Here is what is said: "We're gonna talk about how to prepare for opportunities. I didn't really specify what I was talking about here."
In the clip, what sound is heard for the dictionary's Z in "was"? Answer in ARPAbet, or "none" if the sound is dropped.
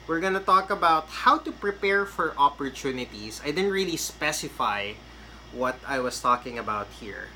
S